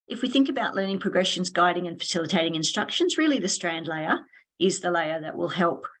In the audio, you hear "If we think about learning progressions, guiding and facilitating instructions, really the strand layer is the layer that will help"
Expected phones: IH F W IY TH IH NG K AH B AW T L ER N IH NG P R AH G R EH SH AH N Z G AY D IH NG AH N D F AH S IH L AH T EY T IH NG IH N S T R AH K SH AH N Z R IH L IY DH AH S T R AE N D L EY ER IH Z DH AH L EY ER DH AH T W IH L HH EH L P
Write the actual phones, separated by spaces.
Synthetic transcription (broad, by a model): IH F W IY TH IH NG K AH B AW T L ER N IH NG P R AH G R EH SH AH N Z G AY D IH NG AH N F AH S IH L AH T EY T IH NG IH N S T R AH K SH AH N Z R IH L IY DH AH S T R AE N D L EY ER IH Z DH AH L EY ER DH AH T W IH L HH EH L P